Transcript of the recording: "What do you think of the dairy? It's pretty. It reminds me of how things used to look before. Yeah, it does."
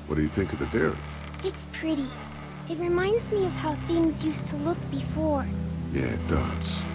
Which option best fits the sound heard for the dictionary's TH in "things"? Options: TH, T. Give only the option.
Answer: TH